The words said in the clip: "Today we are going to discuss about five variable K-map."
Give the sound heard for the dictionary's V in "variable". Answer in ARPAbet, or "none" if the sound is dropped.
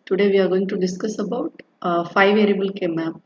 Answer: V